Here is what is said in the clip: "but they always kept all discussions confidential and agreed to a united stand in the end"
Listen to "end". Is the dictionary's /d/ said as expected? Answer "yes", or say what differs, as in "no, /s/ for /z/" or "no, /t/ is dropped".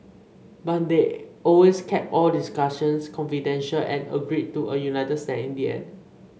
no, /d/ is dropped